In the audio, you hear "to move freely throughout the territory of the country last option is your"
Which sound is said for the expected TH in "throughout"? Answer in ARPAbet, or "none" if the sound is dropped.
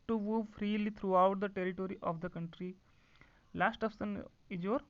T